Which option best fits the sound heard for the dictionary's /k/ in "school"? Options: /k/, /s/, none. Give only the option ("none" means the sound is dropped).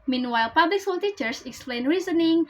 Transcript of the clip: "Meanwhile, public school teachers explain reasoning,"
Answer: none